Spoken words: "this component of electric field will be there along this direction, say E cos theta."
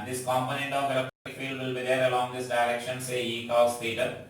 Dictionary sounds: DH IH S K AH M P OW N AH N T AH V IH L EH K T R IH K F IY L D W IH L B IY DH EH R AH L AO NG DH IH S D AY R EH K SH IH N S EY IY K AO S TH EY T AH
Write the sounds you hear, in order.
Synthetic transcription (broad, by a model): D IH S K AH M P OW N AH N T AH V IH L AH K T IH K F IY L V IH L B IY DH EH R AH L AO NG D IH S D AY R EH K SH IH N S EY IY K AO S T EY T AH